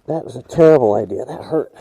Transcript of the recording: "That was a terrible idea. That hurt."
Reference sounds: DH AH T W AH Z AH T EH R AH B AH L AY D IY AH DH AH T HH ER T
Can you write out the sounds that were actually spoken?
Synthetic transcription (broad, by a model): DH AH T W AH Z AH T EH R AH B L AY D IY AH DH AH T HH ER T